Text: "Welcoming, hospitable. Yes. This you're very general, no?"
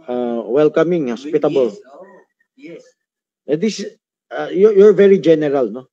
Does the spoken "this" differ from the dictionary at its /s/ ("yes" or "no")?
yes